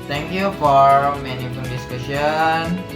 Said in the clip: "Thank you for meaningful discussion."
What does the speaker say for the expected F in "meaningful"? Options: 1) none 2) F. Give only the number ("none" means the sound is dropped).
1